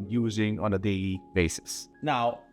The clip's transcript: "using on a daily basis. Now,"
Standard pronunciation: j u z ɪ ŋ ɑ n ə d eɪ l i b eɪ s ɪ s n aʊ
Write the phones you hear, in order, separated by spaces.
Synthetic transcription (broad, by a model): j u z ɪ ŋ ɑ n ə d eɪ i b eɪ s ɪ s n aʊ